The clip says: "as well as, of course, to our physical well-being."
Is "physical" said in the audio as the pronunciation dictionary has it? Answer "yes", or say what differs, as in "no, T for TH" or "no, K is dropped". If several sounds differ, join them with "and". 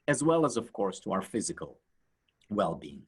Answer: yes